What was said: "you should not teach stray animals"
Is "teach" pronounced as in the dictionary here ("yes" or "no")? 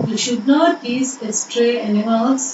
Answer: no